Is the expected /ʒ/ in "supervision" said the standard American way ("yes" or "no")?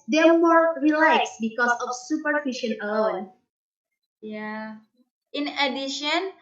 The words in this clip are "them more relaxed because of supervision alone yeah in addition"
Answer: no